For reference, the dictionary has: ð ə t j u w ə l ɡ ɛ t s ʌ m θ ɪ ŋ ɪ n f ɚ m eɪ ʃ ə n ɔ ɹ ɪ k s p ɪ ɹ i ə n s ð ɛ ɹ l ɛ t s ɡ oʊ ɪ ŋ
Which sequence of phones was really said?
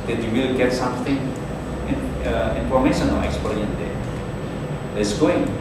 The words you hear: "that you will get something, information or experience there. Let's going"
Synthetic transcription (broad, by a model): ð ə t j u w ə l ɡ ɛ t s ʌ m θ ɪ ŋ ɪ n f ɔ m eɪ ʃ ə n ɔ l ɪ k s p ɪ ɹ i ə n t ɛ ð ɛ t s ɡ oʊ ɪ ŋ